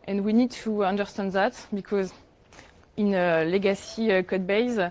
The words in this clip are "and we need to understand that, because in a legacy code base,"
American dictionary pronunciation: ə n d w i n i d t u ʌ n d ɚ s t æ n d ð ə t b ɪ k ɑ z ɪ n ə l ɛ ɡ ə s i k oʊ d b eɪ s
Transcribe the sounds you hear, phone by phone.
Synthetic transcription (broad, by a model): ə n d w i n i d t u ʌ n d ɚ s t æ n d ð ə t b ɪ k ɑ z ɪ n ə l ɛ ɡ ə s i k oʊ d b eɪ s